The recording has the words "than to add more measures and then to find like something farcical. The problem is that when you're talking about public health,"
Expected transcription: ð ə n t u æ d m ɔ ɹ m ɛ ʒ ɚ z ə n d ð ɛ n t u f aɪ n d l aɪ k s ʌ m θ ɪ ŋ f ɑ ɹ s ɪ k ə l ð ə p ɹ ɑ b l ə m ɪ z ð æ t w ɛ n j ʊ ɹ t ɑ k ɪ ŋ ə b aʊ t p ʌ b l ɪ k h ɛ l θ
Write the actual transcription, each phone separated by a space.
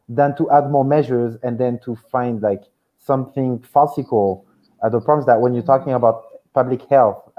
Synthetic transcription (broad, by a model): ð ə n t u æ d m ɔ ɹ m ɛ ʒ ɚ z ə n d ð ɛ n t u f aɪ n d l aɪ k s ʌ m θ ɪ ŋ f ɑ s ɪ k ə l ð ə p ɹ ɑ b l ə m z ð æ t w ɛ n j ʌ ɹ t ɑ k ɪ ŋ ə b aʊ t p ʌ b l ɪ k h ɛ l θ